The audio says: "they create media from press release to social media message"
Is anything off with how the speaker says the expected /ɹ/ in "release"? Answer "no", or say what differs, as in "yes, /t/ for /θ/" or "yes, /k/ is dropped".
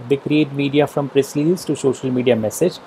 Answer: yes, /l/ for /ɹ/